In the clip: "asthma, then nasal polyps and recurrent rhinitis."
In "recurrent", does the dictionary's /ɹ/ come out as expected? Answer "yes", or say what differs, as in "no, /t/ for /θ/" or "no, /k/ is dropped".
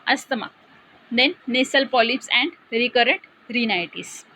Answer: yes